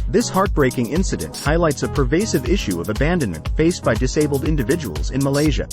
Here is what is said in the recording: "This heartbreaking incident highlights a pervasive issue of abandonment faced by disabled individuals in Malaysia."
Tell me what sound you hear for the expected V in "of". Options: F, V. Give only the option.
V